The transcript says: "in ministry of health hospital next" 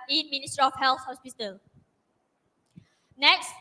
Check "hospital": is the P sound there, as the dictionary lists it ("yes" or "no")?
no